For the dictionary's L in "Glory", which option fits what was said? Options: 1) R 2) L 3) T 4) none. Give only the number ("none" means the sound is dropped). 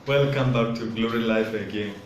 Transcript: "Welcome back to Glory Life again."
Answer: 2